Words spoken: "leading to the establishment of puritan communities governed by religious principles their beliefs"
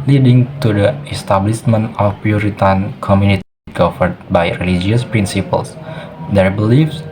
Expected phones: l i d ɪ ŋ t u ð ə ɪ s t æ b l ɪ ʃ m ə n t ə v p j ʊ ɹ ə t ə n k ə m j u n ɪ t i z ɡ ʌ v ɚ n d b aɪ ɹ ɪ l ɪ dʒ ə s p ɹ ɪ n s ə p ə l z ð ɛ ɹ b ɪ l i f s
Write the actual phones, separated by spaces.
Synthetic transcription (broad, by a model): l i d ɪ ŋ t u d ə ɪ s t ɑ b l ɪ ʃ m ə n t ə f p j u ɹ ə t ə n k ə m j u n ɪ t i ɡ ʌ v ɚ d b aɪ ɹ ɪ l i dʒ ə s p ɹ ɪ n s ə p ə l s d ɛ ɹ b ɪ l i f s